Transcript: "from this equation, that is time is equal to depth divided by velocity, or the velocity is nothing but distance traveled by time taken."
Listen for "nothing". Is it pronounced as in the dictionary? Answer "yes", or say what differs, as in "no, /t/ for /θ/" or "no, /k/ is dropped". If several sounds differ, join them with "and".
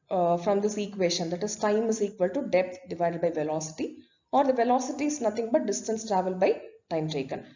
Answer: no, /t/ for /θ/